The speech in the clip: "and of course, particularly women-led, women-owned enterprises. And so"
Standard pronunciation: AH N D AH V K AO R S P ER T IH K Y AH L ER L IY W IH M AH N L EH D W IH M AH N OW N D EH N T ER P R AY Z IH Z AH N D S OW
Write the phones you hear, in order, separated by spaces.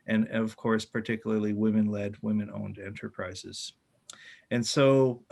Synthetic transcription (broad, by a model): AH N AH V K AO R S P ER T IH K Y L ER L IY W IH M AH N L EH D W IH M AH N OW N D EH N T ER P R AY Z IH Z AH N S OW